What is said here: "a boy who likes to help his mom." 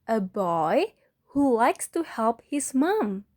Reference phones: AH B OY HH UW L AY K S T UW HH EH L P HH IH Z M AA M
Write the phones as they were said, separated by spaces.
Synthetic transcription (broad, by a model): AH B OY HH UW L AY K S T UW HH EH L P HH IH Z M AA M